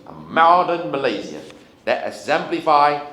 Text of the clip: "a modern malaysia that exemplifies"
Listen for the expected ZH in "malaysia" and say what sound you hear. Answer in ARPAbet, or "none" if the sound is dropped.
Z